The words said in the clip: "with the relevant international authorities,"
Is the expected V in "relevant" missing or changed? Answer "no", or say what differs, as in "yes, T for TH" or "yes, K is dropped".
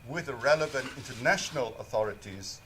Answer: no